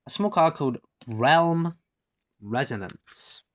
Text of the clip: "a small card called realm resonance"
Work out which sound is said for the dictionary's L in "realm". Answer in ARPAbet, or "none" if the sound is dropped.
L